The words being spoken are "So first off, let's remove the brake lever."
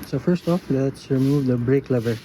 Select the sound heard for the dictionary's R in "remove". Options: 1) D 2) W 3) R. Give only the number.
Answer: 3